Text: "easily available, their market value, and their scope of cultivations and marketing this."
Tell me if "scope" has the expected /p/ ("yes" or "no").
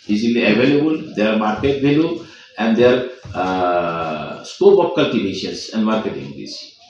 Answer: no